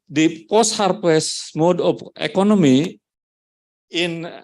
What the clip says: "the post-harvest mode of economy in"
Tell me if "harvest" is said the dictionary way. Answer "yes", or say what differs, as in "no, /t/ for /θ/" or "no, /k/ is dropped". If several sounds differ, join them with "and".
no, /p/ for /v/